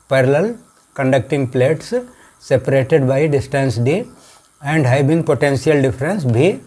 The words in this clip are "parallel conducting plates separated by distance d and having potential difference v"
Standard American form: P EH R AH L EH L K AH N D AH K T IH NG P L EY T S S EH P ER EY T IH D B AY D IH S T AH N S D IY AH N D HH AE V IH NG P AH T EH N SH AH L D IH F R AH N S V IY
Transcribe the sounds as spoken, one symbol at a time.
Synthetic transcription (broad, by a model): P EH R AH L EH L K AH N D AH K T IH NG P L EY T S S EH P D EY T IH D B AY D IH S T AH N S D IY AH N D HH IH B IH NG P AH T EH N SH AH L D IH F R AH N S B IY